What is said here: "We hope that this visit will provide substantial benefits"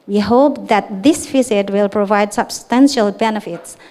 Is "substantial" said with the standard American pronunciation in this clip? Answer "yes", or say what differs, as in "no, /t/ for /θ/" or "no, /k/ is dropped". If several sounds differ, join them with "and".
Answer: yes